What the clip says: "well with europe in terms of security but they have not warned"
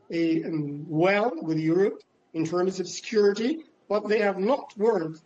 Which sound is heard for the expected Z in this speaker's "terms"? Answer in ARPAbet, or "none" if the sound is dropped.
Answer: Z